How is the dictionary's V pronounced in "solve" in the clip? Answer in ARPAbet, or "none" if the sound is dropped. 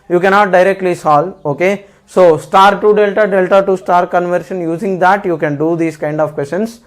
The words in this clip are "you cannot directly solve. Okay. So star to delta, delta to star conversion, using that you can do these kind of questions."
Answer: none